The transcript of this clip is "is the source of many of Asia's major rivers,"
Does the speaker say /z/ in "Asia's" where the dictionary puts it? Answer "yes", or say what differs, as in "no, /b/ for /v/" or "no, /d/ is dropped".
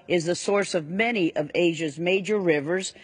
yes